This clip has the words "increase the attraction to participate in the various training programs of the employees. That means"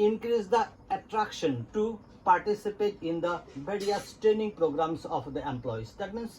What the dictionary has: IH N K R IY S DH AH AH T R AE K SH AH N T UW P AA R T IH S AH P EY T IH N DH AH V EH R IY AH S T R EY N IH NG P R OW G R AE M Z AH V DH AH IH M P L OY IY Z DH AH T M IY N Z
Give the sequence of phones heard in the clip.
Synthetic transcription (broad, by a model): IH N K R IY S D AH AH T R AE K SH AH N T UW P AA R T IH S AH P EY T IH N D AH B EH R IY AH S T R EY N IH NG P R OW G R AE M S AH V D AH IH M P L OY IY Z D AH T M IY N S